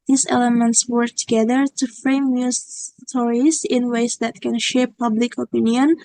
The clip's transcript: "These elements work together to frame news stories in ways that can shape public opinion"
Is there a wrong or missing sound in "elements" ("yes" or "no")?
no